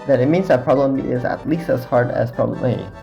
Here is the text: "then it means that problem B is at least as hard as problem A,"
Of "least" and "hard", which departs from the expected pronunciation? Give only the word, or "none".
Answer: none